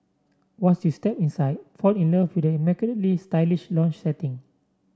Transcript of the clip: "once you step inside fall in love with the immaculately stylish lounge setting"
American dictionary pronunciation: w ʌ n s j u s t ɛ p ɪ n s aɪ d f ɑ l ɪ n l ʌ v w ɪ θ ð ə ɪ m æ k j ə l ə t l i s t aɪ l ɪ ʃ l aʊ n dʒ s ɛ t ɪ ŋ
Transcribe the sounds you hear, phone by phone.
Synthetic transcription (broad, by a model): w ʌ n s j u s t ɛ p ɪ n s aɪ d f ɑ n ɪ n l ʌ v w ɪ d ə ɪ m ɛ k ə n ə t l i s t aɪ l ɪ ʃ l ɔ n tʃ s ɛ t ɪ ŋ